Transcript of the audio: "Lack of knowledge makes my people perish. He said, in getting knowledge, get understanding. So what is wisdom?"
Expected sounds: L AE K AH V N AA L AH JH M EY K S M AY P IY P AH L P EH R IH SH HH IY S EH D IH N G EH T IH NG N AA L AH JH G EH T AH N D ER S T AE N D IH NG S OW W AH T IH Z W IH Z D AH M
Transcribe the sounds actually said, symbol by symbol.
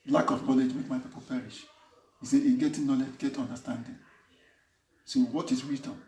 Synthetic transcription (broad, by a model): L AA K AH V N AA L AH JH M EY K M AY P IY P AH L P EH R IH SH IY S EH IH G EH T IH N AA L AH JH G EH T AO N D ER S T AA N D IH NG S OW W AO T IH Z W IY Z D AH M